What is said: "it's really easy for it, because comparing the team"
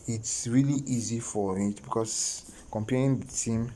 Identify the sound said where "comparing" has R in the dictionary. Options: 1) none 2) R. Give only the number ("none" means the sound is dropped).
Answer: 1